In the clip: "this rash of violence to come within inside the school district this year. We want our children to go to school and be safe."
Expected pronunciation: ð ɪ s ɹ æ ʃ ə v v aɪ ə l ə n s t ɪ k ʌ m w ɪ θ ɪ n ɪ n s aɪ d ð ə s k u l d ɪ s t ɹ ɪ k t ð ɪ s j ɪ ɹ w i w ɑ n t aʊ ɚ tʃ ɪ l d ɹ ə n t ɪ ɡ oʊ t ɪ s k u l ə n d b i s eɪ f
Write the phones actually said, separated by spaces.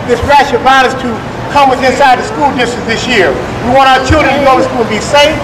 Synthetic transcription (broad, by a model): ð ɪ s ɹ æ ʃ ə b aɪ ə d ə s t ɪ k ʌ m w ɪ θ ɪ ɪ n s aɪ d ð ə s k u l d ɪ s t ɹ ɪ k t ð ɪ s j ɪ ɹ w i w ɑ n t aʊ ɚ tʃ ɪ l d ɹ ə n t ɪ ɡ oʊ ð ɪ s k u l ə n b i s eɪ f